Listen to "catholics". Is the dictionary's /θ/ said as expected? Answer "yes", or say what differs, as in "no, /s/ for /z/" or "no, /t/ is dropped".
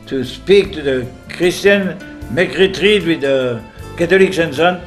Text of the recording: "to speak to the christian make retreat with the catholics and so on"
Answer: no, /t/ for /θ/